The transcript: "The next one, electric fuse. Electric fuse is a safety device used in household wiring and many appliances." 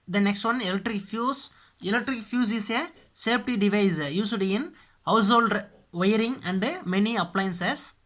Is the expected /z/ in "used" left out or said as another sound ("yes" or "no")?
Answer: yes